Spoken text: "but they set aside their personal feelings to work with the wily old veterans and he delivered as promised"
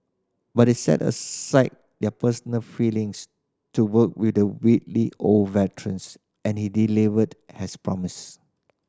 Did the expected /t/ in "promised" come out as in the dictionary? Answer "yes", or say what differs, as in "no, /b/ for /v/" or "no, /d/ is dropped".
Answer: no, /t/ is dropped